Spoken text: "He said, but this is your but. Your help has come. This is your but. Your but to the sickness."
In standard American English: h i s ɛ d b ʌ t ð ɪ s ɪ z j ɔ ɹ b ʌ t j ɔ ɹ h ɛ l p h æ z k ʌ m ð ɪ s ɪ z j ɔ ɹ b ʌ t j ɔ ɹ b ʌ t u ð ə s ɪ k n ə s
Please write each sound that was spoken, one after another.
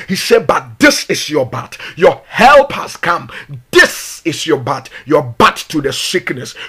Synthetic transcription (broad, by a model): h i s ɛ d b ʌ t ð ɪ s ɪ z j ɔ b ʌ t j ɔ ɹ h ɛ l p h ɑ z k ʌ m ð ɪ s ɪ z j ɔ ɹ b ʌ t j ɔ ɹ b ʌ t u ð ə s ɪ k n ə s